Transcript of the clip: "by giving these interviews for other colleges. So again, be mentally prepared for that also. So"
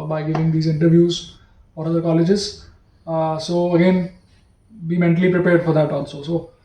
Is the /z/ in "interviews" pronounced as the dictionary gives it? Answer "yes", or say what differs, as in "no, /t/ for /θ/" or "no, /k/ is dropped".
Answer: yes